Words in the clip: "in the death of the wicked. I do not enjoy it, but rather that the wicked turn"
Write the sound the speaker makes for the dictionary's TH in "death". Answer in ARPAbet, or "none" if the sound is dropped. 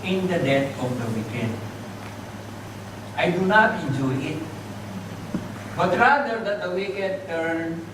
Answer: T